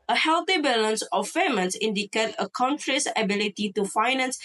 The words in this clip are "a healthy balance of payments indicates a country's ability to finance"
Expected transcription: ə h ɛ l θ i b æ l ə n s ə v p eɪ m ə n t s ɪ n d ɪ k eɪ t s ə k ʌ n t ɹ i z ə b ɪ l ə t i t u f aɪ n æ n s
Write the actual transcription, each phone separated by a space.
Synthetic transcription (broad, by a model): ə h ɛ l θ i b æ l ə n s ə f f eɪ m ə n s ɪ n d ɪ k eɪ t ə k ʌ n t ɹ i s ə b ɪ l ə t i t u f aɪ n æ n s